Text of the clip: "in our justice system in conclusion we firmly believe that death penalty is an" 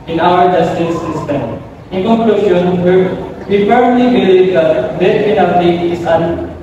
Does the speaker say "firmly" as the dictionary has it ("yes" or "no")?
no